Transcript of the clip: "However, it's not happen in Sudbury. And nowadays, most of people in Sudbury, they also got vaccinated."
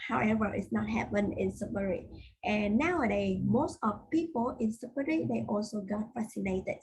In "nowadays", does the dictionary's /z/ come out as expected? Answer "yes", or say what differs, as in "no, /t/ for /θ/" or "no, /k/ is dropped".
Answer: no, /z/ is dropped